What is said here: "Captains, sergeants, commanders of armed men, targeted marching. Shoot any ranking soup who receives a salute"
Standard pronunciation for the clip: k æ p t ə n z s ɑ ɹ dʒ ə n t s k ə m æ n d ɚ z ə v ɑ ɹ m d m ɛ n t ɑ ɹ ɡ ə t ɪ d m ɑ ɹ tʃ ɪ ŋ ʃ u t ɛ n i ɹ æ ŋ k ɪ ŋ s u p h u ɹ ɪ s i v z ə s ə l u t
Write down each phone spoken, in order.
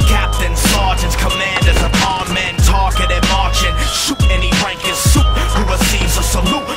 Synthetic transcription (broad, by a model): k æ p t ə n s ɑ ɹ dʒ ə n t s k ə m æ n d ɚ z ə p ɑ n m m ɛ n t ɑ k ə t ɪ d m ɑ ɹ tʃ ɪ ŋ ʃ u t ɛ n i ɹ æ ŋ k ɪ s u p h u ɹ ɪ s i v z ə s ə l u